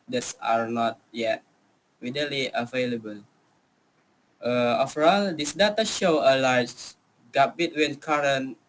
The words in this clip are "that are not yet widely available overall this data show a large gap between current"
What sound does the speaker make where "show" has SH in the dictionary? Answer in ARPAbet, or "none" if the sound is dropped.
SH